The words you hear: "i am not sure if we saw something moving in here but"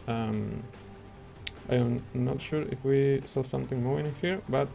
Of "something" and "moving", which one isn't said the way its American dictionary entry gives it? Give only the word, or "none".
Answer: moving